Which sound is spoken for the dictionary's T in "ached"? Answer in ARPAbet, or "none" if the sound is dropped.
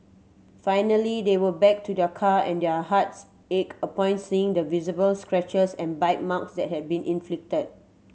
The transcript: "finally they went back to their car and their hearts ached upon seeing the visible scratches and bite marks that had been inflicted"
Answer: none